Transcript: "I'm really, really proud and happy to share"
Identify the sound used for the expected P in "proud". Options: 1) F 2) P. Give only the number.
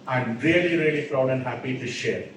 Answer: 1